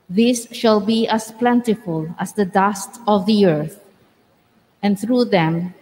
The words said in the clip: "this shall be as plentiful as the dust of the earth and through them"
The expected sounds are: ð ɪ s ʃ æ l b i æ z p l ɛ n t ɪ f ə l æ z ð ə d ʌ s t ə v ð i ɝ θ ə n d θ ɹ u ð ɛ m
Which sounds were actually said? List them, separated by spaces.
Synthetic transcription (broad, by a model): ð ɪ s ʃ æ l b i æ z p l ɛ n t ɪ f ə l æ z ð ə d ʌ s t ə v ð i ɝ θ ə n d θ ɹ u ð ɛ m